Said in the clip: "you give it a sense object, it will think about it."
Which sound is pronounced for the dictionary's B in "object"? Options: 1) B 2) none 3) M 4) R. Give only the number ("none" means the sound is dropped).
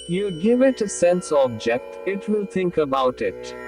1